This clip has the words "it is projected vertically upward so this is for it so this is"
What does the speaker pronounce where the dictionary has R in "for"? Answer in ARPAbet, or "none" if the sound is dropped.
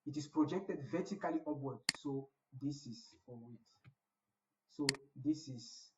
W